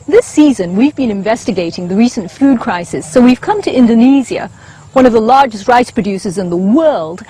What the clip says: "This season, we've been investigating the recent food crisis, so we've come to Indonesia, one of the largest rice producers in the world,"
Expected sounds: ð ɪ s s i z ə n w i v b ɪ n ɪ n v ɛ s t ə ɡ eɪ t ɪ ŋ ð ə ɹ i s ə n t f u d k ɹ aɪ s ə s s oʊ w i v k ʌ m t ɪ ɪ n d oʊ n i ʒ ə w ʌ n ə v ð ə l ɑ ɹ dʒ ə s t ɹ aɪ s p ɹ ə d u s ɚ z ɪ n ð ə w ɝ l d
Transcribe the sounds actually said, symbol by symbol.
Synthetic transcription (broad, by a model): ð ɪ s s i z ə n w i v b ɪ n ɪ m v ɛ s t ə ɡ eɪ t ɪ ŋ ð ə ɹ i s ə n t f u d k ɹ aɪ s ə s s oʊ w i v k ʌ m t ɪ ɪ n d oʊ n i z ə w ʌ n ə v ð ə l ɑ ɹ dʒ ə s t ɹ aɪ s p ɹ ə d u s ɚ z ɪ n ð ə w ɝ l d